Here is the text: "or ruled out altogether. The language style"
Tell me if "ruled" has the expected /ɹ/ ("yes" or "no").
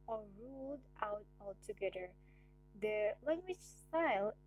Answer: yes